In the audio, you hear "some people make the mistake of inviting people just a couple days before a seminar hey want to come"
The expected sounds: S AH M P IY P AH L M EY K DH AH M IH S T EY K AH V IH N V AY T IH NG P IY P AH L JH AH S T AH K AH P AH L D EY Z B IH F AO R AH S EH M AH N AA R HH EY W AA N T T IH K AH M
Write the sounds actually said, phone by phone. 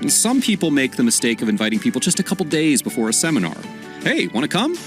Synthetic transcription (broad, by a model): S AH M P IY P L M EY K DH AH M IH S T EY K AH V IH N V AY T IH NG P IY P L JH AH S T AH K AH P L D EY Z B IH F AO R AH S EH M AH N AA R HH EY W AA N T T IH K AH M